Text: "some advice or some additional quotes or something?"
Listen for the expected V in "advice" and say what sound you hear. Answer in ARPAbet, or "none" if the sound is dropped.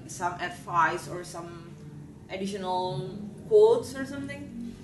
F